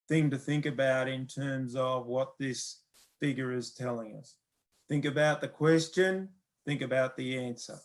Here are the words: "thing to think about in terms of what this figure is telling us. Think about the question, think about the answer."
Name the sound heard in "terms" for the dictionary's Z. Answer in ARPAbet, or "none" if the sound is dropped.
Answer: Z